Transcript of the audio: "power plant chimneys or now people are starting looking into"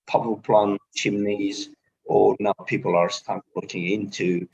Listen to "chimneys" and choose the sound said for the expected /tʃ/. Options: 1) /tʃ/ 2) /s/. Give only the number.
1